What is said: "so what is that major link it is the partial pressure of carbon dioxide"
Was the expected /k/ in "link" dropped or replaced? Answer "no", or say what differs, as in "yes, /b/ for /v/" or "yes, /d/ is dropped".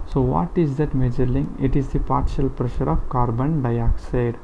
yes, /k/ is dropped